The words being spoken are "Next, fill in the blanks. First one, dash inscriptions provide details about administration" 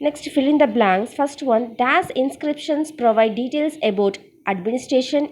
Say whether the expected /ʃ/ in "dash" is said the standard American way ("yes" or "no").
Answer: no